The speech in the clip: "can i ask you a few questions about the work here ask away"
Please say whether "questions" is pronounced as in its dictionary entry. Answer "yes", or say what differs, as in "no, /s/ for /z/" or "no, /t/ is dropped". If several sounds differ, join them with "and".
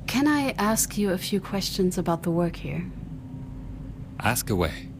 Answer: yes